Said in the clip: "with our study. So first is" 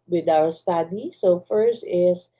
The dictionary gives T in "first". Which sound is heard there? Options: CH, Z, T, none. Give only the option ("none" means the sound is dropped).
T